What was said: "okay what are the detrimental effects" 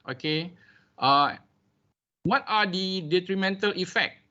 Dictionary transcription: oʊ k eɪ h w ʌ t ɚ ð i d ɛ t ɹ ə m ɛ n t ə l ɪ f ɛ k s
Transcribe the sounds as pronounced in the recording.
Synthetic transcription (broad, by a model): oʊ k eɪ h w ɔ t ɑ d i d ɛ t ɹ ə m ɛ n t ə l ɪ f ɛ k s